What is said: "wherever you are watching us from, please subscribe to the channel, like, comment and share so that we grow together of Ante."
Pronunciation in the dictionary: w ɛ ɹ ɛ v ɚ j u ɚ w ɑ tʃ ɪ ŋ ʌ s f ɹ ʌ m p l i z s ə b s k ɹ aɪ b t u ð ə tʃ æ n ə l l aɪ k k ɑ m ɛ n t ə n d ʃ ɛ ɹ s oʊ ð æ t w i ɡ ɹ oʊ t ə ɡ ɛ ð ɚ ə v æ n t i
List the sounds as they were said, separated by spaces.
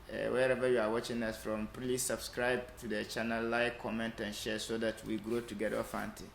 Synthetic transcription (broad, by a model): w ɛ ɹ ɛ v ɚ j u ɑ w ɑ tʃ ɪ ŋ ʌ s f ɹ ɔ m p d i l s ə b s k ɹ aɪ b t u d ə tʃ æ n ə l l aɪ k k ɑ m ɛ n t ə n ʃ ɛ s oʊ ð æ t w i ɡ ɹ oʊ t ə ɡ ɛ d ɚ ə f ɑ n t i